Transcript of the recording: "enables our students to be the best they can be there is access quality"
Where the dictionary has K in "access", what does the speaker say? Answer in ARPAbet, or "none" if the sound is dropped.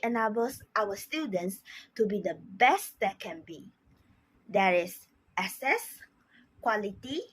none